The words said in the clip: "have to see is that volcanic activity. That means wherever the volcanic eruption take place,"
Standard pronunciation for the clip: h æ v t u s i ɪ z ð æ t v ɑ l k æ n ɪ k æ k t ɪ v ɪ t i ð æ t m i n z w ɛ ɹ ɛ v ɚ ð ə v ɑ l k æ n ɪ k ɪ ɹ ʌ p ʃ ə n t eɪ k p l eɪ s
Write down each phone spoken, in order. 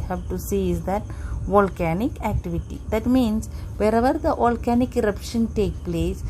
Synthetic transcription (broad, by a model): h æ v t u s i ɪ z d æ t v ɑ l k æ n ɪ k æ k t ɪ v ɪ t i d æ t m i n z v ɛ ɹ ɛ v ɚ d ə v ɑ l k æ n ɪ k ɪ ɹ ʌ p ʃ ə n t eɪ k p l eɪ s